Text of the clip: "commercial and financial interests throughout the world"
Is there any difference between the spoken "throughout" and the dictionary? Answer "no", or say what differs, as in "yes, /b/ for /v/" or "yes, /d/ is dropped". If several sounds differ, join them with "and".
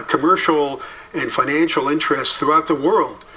no